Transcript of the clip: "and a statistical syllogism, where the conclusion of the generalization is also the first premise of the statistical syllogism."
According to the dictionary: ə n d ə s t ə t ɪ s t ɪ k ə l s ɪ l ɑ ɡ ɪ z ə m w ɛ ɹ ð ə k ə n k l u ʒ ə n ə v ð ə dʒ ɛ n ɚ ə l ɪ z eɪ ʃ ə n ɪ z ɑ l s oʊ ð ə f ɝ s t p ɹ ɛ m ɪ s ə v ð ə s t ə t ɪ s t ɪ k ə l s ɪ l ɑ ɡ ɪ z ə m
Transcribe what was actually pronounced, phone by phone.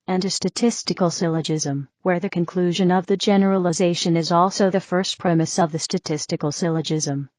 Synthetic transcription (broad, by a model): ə n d ə s t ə t ɪ s t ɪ k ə l s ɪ l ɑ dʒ ɪ z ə m w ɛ ɹ ð ə k ə n k l u ʒ ə n ə v ð ə dʒ ɛ n ɚ ə l ɪ z eɪ ʃ ə n ɪ z ɑ l s oʊ ð ə f ɝ s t p ɹ ɛ m ɪ s ə v ð ə s t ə t ɪ s t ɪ k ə l s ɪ l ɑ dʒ ɪ z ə m